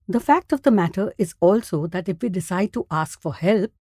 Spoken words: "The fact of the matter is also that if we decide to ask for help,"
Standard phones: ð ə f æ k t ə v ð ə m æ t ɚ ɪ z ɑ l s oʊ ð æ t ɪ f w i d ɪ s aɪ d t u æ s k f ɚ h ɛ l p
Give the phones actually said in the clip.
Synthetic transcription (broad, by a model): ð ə f æ k t ə v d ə m æ t ɚ ɪ z ɑ l s oʊ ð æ t ɪ f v i d ɪ s aɪ d t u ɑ s k f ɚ h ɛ l p